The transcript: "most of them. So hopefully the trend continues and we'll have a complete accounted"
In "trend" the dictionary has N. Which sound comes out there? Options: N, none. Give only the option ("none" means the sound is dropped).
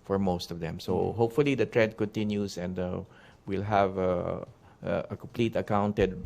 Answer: none